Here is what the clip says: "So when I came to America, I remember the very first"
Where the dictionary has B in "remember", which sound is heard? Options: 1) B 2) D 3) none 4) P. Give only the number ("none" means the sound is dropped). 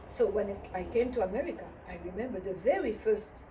1